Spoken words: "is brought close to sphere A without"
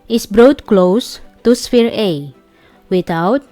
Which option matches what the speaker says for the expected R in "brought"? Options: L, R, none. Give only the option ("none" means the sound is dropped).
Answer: R